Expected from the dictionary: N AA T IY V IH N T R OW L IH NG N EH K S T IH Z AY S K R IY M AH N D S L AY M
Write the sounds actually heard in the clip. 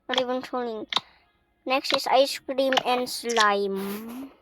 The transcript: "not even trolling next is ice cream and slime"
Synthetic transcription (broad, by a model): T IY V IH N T OW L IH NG N EH K S T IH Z AY S K R IY M AH N D S L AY M